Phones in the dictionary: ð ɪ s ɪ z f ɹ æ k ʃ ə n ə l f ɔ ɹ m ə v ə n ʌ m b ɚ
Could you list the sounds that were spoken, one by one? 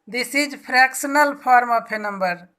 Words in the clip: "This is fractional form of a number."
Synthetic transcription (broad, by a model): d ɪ s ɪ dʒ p ɹ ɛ k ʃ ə n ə l p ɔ ɹ m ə p ə n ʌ m b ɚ